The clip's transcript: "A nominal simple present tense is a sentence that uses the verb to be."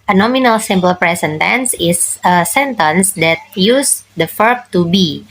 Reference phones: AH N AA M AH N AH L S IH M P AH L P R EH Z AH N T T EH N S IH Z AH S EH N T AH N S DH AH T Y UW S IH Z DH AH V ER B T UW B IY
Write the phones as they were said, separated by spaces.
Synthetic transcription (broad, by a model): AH N AA M AH N AH L S IH M P AH L P R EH S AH N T T EH N S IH S AH S EH N T AH N S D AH T Y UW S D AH F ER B T UW B IY